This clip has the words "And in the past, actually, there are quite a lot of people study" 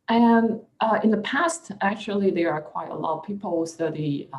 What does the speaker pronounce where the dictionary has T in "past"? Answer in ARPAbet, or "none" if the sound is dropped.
T